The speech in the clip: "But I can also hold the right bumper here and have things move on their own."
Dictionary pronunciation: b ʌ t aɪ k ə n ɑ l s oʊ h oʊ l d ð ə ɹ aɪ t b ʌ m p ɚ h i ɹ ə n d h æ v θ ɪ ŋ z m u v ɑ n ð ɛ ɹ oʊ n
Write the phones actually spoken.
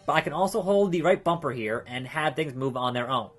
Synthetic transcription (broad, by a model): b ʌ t aɪ k ə n ɑ l s oʊ h oʊ l d ð ə ɹ aɪ t b ʌ m p ɚ h i ɹ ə n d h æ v θ ɪ ŋ z m u v n ð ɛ ɹ oʊ n